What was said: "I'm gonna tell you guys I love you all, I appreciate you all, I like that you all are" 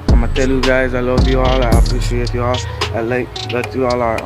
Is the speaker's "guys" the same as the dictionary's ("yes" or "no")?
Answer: yes